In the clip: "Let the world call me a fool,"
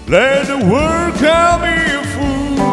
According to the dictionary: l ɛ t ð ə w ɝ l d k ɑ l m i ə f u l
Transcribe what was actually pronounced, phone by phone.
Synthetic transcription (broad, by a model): l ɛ ð ə w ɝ d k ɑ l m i ə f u